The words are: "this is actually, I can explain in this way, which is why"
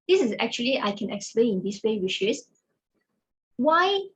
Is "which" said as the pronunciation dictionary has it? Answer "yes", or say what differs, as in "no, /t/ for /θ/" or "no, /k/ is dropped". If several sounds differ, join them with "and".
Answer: no, /ʃ/ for /tʃ/